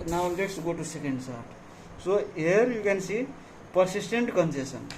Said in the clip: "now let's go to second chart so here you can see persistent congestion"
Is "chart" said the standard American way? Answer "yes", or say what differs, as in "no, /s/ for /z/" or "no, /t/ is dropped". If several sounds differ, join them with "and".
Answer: no, /s/ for /tʃ/